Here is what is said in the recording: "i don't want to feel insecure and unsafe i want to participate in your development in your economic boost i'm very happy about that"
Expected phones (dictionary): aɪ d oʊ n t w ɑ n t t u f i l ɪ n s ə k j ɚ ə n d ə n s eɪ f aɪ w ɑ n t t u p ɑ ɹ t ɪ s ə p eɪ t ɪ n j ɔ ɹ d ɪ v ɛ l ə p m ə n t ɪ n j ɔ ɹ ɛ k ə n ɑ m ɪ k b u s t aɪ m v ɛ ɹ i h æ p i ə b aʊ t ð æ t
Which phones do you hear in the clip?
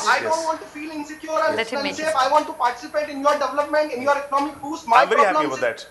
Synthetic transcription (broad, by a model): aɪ d oʊ n t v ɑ n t t u f i l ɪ n s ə k j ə d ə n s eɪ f aɪ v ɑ n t t u p ɑ ɹ t ɪ s ə p eɪ t ɪ n j ɔ ɹ d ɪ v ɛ l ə p m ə n t ɪ n j ɔ ɹ ɛ k ə n ɑ m ɪ k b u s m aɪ v ɛ ɹ i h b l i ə ɪ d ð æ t